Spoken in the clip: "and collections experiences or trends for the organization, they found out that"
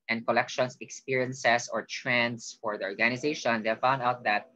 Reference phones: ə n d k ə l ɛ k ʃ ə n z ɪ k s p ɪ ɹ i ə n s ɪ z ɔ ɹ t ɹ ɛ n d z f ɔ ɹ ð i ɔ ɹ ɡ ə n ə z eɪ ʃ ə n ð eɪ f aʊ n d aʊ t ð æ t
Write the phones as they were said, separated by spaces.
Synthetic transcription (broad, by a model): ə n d k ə l ɛ k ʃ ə n s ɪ k s p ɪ ɹ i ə n s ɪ s ɔ ɹ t ɹ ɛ n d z f ɔ ɹ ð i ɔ ɹ ɡ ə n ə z eɪ ʃ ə n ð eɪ f aʊ n d aʊ t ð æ t